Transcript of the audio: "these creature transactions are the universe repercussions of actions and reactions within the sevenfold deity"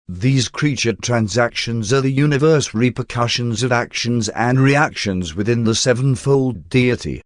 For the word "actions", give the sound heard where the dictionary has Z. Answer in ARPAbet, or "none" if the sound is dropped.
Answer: Z